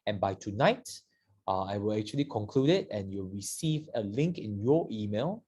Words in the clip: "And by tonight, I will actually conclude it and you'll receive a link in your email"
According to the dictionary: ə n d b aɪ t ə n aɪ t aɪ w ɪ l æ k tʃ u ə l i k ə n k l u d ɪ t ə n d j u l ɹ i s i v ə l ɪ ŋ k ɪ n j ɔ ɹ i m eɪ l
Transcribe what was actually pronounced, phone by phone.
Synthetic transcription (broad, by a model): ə n b aɪ t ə n aɪ t aɪ w ɪ l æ k tʃ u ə l i k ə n k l u d ɪ t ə n j u l ɹ i s i v ə l ɪ ŋ k ɪ n j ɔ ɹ i m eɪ l